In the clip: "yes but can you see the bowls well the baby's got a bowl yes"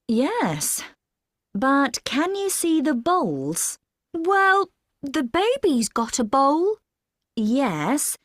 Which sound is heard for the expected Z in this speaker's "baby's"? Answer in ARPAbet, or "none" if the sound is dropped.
Z